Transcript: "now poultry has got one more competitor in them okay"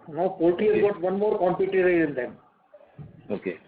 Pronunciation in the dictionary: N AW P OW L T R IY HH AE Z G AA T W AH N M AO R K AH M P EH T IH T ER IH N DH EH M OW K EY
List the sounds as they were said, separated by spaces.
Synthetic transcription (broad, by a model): N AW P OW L T IY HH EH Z G AA T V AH N M AO R K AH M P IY T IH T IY IH N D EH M OW K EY